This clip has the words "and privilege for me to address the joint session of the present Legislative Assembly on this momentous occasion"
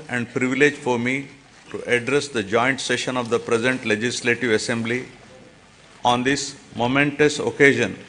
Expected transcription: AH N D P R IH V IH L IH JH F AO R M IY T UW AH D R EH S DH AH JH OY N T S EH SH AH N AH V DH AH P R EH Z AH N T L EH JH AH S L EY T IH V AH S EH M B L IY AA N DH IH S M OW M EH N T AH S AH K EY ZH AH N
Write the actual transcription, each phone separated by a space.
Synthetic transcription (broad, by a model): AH N D P R IH V IH L IH JH F AO R M IY T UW AH D R EH S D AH JH OY N T S EH SH AH N AH V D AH P R EH Z AH N T L EH JH AH S L EY T IH V AH S EH M B L IY AA N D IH S M OW M EH N T AH S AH K EY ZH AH N